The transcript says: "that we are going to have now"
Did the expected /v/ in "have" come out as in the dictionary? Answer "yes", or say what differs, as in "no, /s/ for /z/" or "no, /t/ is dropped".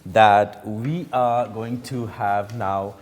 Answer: yes